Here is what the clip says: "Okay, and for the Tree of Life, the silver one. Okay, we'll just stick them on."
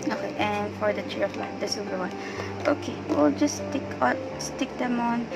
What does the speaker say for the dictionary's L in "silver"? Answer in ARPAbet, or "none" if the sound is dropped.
none